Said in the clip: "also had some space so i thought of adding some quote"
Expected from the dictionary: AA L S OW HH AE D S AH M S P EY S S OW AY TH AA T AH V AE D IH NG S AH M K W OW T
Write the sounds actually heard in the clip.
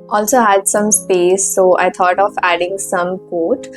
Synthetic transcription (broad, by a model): AA L S OW HH AE D S AH M S P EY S S OW AY T AA T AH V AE D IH NG S AH M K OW T